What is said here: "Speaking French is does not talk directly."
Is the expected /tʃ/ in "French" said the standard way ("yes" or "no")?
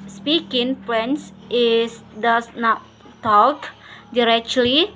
no